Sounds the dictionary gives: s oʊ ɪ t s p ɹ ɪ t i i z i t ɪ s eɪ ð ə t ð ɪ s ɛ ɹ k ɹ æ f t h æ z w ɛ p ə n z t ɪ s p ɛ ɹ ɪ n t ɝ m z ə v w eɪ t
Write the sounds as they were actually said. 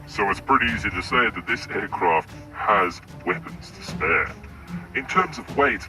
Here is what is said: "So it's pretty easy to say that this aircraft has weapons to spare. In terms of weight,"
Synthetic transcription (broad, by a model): s oʊ ɪ t s p ɹ ɪ t i i z i t ɪ s eɪ ð ə t ð ɪ s ɛ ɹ k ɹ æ f t h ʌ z w ɛ p ə n z t ɪ s p ɛ ɹ ɪ n t ɝ m z ə v w eɪ t